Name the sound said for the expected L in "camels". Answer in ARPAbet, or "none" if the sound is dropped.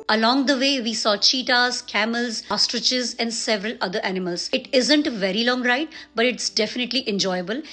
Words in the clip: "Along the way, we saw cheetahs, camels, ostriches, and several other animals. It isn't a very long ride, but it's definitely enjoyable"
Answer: L